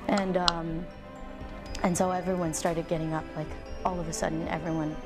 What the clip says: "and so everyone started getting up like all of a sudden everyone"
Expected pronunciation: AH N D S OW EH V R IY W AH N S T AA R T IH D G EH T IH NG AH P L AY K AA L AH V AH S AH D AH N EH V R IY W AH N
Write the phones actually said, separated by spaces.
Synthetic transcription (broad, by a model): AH N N S OW EH V R IY W AH N S T AA R T IH D G EH T IH NG AH P L AY K AA L AH V AH S AH D N EH V R IY W AH N